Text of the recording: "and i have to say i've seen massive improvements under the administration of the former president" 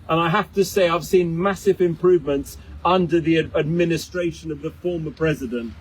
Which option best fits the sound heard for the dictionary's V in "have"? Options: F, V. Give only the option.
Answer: F